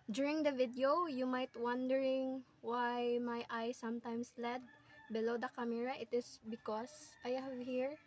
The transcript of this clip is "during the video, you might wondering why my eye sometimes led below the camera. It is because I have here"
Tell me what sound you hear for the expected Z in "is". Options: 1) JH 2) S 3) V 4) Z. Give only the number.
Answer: 2